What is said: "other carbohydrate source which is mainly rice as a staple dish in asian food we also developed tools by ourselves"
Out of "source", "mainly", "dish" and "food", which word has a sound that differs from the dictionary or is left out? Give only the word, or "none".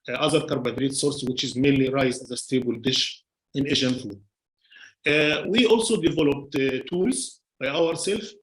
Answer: none